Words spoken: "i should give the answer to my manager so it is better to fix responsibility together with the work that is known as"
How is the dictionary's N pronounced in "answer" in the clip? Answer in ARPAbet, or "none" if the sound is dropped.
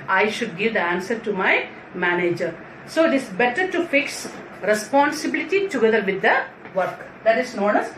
N